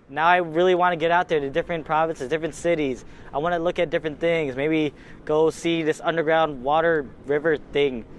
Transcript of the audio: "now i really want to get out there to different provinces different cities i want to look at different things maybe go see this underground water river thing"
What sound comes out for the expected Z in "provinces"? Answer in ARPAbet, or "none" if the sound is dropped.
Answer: Z